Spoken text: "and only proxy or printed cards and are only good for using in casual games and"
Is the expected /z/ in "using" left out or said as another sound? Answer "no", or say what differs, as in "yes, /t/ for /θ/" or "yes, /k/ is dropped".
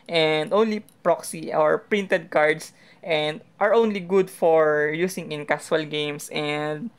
yes, /s/ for /z/